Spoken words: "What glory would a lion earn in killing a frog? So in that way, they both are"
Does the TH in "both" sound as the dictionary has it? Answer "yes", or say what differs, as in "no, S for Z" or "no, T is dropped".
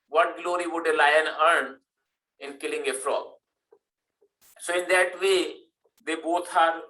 no, T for TH